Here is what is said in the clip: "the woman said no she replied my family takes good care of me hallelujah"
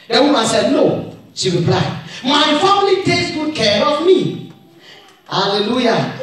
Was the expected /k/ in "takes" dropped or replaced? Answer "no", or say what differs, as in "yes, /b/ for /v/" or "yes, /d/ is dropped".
yes, /k/ is dropped